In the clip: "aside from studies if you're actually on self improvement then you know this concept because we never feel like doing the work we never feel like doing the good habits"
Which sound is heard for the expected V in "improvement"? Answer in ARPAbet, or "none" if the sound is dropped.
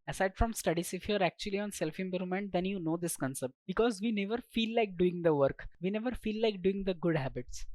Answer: none